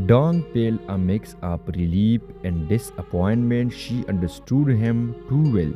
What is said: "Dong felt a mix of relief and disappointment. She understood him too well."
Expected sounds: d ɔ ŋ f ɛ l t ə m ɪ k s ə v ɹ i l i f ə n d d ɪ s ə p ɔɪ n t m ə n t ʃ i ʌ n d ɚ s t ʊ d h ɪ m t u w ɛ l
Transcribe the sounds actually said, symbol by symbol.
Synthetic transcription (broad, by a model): d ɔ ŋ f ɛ l ə m ɪ k s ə p ɹ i l i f ə n d d ɪ s ə p ɔɪ n t m ə n t ʃ i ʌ n d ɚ s t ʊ d h ɪ m t u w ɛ l